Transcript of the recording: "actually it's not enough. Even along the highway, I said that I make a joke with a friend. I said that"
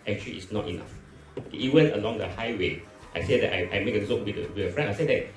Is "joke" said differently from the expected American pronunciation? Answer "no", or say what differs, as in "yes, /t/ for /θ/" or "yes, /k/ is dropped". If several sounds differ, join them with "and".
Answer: yes, /z/ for /dʒ/